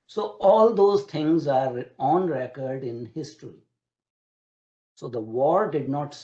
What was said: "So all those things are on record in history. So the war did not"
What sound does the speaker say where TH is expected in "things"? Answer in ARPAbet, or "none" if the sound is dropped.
T